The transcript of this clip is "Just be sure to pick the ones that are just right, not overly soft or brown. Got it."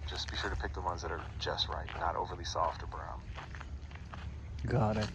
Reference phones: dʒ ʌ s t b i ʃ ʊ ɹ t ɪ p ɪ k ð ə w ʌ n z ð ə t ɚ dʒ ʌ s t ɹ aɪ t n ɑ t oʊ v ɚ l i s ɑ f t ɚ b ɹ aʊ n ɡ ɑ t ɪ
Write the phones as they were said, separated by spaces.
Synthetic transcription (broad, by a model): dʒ ʌ s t b i ʃ ʊ ɹ t ɪ p ɪ k ð ə w ʌ n z ð ə t ɚ dʒ ʌ s t ɹ aɪ t n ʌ t oʊ v ɚ l i s ɑ f t ɚ b ɹ aʊ n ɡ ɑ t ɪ